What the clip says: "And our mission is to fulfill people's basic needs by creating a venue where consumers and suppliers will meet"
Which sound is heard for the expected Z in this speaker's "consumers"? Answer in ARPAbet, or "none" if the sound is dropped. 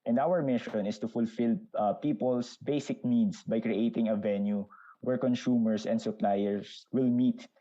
S